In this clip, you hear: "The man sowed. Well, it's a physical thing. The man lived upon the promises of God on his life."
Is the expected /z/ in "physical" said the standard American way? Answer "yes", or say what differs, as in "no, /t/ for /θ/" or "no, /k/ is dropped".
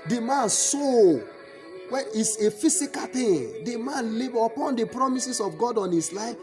no, /s/ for /z/